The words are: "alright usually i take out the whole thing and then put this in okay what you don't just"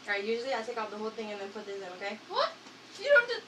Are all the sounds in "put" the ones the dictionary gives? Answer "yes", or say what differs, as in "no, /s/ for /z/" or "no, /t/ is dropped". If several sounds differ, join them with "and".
yes